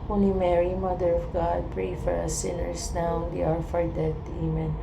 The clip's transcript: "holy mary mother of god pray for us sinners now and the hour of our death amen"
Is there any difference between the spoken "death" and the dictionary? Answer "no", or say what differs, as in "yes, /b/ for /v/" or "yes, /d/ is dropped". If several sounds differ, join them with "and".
yes, /t/ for /θ/